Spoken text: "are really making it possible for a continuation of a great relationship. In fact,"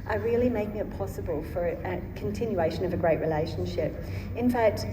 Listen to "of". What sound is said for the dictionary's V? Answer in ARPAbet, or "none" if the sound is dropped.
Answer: V